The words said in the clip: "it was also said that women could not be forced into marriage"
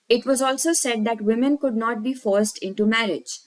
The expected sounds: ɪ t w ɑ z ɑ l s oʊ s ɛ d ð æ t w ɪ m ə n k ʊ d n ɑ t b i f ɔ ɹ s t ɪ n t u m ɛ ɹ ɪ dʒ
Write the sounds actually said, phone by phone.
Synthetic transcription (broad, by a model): ɪ t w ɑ z ɑ l s oʊ s ɛ d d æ t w ɪ m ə n k ʊ d n ɑ t b i f ɔ ɹ s t ɪ n t u m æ ɹ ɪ dʒ